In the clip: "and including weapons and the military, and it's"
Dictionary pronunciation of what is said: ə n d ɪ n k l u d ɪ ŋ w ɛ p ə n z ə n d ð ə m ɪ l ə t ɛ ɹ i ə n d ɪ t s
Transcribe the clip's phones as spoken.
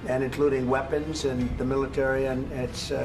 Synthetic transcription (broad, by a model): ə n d ɪ n k l u d ɪ ŋ w ɛ p ə n z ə n ð ə m ɪ l ə t ɛ ɹ i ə n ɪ t s